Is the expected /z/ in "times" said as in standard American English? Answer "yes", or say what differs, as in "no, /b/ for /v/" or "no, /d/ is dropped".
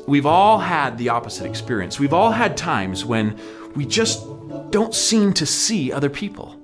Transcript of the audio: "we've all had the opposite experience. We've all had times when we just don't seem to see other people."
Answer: yes